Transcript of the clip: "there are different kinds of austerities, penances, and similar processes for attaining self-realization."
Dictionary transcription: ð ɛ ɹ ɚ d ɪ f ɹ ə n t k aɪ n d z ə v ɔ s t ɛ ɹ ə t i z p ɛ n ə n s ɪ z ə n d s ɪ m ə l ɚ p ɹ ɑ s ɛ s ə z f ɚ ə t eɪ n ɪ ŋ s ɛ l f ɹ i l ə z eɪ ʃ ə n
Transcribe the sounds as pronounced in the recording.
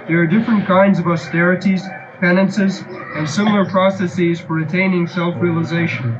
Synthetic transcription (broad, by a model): ð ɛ ɹ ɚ d ɪ f ɹ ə n k aɪ n d z ə v ɔ s t ɛ ɹ ə t i z p ɛ n ə n s ɪ z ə n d s ɪ m l ɚ p ɹ ɑ s ɛ s ə z f ɚ ə t eɪ n ɪ ŋ s ɛ l f ɹ i l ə z eɪ ʃ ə n